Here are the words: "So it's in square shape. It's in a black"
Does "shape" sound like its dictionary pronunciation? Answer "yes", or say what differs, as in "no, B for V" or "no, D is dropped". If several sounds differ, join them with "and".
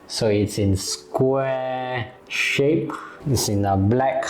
yes